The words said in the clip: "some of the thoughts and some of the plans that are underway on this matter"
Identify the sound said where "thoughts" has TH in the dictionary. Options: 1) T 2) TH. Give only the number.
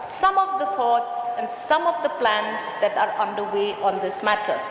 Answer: 1